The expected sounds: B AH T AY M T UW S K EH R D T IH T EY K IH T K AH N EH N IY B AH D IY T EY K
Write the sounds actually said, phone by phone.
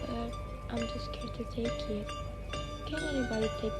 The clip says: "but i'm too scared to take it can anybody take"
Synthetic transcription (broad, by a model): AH T AY M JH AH S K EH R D T IH T EY K IH T K AH N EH IY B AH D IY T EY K